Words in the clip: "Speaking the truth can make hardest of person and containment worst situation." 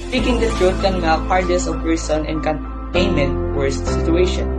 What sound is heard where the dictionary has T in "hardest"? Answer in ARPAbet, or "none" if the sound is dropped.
none